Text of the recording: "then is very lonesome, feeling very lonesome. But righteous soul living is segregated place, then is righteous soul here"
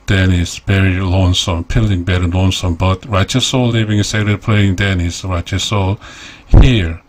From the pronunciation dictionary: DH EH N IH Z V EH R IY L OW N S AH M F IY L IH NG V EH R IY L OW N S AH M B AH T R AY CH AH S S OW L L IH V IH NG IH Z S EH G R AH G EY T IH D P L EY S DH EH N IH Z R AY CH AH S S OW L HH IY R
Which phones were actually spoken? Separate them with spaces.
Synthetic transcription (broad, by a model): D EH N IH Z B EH R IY L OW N S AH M P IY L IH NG B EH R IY L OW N S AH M B AH T R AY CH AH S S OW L L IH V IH NG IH S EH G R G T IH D P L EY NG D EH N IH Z R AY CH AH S S OW L HH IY R